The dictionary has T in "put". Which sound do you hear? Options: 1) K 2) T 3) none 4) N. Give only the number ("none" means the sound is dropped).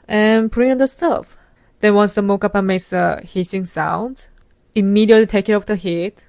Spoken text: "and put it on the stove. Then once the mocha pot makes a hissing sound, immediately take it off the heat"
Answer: 3